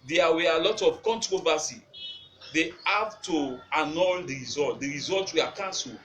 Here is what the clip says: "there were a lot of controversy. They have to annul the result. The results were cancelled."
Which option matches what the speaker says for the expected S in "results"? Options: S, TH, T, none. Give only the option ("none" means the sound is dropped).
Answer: none